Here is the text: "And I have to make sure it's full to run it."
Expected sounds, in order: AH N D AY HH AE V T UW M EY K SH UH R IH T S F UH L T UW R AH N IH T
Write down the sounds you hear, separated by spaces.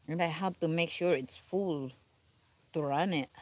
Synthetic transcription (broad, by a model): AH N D AY HH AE P T UW M EY K SH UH R IH T S F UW L T UW R AH N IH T